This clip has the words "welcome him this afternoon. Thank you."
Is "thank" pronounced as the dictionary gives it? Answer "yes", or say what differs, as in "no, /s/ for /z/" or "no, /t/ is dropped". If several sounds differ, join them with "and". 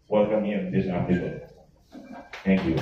no, /t/ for /θ/